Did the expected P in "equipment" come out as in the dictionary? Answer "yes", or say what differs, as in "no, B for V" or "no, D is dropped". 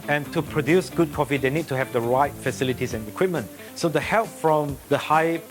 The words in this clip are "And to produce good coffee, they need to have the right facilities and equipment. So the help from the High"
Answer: yes